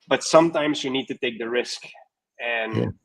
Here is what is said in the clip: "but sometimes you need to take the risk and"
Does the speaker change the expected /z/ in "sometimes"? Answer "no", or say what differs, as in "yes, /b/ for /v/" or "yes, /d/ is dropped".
no